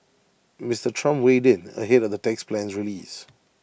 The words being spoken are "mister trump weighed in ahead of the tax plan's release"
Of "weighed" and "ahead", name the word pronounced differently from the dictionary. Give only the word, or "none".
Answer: none